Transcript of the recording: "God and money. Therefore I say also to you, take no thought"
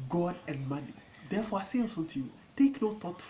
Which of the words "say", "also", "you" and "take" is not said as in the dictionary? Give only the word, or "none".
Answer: also